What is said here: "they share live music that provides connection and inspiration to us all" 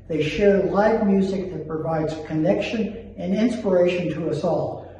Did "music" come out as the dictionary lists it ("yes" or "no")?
yes